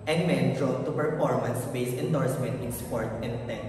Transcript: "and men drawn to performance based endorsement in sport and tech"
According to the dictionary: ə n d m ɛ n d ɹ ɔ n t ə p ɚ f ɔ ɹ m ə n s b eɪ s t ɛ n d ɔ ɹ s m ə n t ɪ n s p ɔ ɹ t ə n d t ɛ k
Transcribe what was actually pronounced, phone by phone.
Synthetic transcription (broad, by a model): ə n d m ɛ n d ɹ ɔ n t ə p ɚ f ɔ ɹ m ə n s b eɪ s ɛ n d ɔ ɹ s m ə n t ɪ n s p ɔ ɹ t ə n d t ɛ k